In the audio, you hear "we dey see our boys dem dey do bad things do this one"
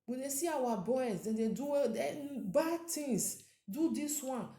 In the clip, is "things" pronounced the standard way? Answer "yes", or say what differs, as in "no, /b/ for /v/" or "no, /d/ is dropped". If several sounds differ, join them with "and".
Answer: no, /t/ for /θ/